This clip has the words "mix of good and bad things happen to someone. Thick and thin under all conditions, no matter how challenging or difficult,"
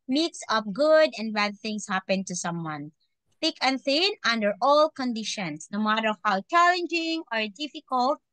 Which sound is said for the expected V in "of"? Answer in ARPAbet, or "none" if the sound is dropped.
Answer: P